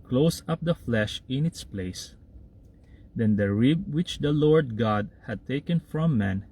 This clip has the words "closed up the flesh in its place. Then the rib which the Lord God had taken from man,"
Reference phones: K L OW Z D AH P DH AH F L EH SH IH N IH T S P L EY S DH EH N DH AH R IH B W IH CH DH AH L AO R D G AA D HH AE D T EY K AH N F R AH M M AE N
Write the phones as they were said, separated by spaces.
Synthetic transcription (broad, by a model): K L OW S AH P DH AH F L EH SH IH N IH T S P L EY S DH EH N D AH R IH B W IH CH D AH L AO R D G AA D HH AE D T EY K AH N F R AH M M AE N